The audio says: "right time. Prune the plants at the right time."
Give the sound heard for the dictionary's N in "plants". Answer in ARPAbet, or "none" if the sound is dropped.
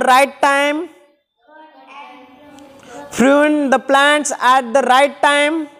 N